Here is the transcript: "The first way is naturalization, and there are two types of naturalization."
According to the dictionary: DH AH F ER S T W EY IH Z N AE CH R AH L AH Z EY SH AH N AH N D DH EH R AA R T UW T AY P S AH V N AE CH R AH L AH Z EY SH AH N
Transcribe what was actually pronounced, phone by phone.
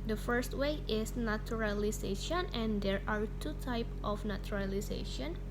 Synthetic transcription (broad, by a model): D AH F ER S T W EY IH S N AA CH R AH L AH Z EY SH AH N AH N D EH R AA R T UW T AY P AH F N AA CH R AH L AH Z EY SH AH N